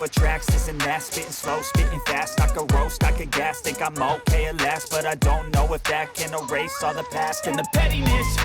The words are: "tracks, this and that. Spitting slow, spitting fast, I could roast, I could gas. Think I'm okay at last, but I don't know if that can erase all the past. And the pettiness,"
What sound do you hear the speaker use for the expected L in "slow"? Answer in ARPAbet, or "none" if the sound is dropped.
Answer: L